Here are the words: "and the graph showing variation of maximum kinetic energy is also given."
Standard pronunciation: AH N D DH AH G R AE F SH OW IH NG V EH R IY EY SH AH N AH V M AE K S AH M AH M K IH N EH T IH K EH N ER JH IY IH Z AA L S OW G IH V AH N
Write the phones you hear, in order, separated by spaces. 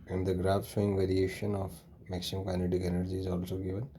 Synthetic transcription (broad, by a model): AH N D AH G R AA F S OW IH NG V EH R IY EY SH AH N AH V M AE K S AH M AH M K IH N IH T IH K EH N ER JH IY IH Z AA L S OW G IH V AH N